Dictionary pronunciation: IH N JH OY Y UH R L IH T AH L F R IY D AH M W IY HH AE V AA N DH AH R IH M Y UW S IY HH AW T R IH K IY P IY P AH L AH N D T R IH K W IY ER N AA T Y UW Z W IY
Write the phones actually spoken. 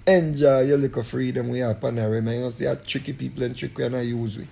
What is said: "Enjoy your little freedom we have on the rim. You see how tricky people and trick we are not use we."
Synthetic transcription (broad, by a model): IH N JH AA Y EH L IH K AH F R IY D AH M W IY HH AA P AA N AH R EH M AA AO S IY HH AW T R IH K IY P IY P AH L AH N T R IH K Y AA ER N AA Y UW Z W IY